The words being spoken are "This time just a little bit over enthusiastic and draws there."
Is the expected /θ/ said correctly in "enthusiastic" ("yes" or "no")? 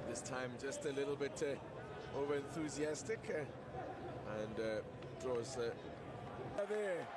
yes